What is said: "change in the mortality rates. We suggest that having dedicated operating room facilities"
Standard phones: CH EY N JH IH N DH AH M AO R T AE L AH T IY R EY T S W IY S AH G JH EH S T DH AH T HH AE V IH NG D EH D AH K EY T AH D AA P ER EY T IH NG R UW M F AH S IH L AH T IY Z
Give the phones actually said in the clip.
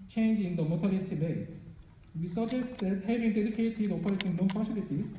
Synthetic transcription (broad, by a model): CH EY N JH IH N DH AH M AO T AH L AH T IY L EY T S W IY S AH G JH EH S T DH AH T HH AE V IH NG D EH D AH K EY T AH D AA P ER EY T IH NG L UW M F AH S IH L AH T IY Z